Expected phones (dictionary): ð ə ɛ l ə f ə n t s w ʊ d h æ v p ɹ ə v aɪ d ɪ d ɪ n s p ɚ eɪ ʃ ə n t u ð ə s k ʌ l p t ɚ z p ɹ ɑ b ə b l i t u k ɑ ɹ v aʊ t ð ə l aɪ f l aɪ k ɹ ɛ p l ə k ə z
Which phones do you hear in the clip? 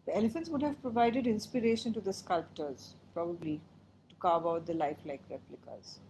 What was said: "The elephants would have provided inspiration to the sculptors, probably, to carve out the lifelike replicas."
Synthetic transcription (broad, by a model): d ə ɛ l ə f ə n t s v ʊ d h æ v p ɹ ə v aɪ d ɪ d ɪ n s p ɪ eɪ ʃ ə n t u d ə s k ʌ l p t ɚ z p ɹ ɑ b ə b l i t u k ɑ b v aʊ t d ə l aɪ f l aɪ k ɹ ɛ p l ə k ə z